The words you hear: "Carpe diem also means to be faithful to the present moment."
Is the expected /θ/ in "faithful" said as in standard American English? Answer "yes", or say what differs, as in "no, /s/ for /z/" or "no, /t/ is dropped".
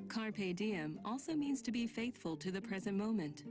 yes